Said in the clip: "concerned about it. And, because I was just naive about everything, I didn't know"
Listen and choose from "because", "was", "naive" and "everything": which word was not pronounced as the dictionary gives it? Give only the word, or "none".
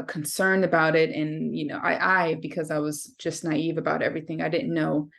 none